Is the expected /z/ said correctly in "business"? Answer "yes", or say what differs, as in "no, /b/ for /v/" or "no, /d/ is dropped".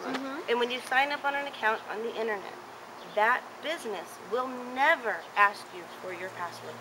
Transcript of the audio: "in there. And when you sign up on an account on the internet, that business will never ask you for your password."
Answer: yes